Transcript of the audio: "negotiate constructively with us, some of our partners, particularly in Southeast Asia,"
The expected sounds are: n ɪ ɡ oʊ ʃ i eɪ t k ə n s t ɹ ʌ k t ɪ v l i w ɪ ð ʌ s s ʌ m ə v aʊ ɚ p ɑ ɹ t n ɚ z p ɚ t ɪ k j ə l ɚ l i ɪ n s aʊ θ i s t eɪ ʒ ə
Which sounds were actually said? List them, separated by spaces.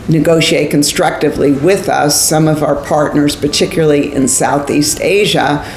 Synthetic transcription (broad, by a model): n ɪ ɡ oʊ ʃ i eɪ t k ə n s t ɹ ʌ k t ɪ v l i w ɪ ð ʌ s s ʌ m ə v aʊ ɚ p ɑ ɹ t n ɚ z p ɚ t ɪ k j l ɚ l i ɪ n s aʊ θ i s t eɪ ʒ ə